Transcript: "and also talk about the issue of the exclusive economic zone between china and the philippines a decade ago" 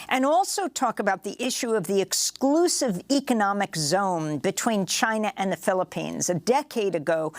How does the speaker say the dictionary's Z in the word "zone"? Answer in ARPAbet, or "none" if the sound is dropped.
Z